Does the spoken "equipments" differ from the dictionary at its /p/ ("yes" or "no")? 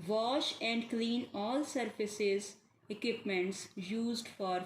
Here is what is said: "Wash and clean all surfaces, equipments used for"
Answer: no